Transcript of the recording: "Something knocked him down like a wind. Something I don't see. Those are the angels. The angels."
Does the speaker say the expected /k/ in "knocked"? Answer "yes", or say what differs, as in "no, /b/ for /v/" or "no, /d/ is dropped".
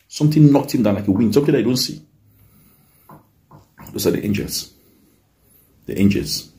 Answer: yes